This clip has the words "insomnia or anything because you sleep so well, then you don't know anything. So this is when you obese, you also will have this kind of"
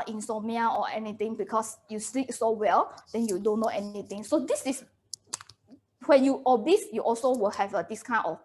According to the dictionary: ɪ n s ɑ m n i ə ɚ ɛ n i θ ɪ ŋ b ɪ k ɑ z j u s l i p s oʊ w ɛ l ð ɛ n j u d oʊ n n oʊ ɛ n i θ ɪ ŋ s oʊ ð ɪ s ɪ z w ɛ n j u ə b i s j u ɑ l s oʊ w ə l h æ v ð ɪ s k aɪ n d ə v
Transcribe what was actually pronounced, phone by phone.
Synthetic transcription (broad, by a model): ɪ n s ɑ m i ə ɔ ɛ n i t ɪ ŋ b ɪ k ɑ s j u s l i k s oʊ w ɛ l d ɛ n j u d oʊ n n oʊ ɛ n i t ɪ ŋ s oʊ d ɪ s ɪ s w ɛ n j u ə b i s j u ɑ l s oʊ w ə l h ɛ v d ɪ s k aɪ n ə